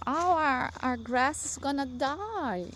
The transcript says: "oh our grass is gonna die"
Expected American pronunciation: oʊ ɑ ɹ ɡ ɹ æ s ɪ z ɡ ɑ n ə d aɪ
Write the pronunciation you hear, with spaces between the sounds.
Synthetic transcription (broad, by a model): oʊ ɑ ɹ ɡ ɹ æ s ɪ s ɡ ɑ n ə d aɪ